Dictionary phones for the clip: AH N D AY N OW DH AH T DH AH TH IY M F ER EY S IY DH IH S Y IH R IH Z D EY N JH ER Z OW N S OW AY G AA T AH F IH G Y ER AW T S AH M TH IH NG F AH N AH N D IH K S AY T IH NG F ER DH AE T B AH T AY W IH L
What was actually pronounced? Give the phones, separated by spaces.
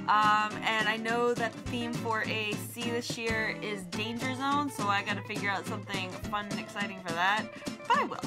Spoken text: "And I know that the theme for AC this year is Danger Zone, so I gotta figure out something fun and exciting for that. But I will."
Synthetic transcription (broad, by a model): AH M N AY N OW DH AH T DH AH TH IY M F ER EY S IY DH IH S Y IH R IH Z D EY N JH ER Z OW N S OW AY G AA T AH F IH G Y ER AW T S AH M TH IH NG F AH N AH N IH K S AY T IH NG F ER DH AE T B AH T AY W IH L